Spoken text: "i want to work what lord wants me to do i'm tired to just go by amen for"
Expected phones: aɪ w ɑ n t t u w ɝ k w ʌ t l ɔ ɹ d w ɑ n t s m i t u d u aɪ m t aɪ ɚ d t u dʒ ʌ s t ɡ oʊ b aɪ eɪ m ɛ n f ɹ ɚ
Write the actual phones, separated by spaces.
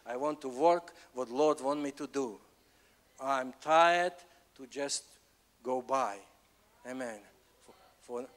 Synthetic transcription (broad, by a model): aɪ w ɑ n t t u w ɝ k w ʌ t l ɔ ɹ d w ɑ n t m i t u d u aɪ m t aɪ ɚ d t u dʒ ʌ s t ɡ oʊ b aɪ eɪ m ɛ n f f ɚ